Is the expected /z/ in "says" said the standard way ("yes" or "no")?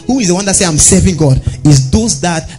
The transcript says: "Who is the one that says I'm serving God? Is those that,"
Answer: no